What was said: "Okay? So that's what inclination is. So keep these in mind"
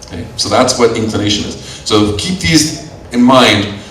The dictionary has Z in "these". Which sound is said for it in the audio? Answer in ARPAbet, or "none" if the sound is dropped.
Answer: Z